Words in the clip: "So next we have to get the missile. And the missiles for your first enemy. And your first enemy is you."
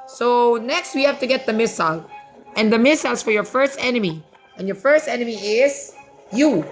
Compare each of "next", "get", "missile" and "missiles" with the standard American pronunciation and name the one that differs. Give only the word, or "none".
missiles